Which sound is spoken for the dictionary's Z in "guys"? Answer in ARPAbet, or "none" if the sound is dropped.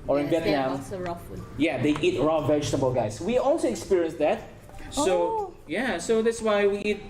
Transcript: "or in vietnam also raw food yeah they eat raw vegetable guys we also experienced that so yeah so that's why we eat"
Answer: S